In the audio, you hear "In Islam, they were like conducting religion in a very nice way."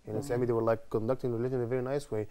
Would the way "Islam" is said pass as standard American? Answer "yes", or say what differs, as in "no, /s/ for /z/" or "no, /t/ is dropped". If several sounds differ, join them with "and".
no, /l/ is dropped